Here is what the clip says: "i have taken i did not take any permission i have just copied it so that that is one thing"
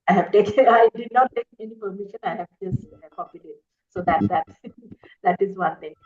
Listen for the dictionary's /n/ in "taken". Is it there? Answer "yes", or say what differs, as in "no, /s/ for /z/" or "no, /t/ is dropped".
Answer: no, /n/ is dropped